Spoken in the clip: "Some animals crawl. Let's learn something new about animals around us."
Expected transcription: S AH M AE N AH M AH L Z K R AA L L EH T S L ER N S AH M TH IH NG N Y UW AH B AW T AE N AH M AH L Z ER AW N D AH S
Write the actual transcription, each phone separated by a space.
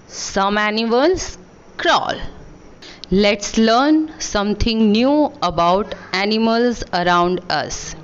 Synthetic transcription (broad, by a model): S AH M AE N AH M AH L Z K R AA L L EH T S L ER N S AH M T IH NG N Y UW AH B AW T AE N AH M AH L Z ER AW N D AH S